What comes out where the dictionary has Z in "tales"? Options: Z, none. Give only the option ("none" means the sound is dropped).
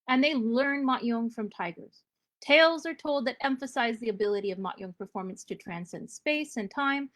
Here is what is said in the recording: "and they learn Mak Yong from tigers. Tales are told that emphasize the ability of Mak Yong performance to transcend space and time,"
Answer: Z